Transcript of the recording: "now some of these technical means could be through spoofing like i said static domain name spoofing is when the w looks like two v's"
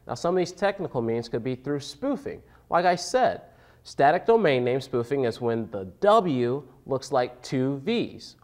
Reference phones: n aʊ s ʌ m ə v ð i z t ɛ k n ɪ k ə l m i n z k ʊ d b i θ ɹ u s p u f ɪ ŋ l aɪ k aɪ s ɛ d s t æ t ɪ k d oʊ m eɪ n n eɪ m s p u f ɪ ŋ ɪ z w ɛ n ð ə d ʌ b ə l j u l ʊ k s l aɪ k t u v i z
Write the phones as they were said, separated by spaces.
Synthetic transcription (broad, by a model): n aʊ s ʌ m ə v ð i z t ɛ k n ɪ k l m i n z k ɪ d b i θ ɹ u s p u f ɪ ŋ l aɪ k aɪ s ɛ d s t æ t ɪ k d oʊ m eɪ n n eɪ m s p u f ɪ ŋ ɪ z w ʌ n ð ə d ʌ b l j u l ʊ k s l aɪ k t u v i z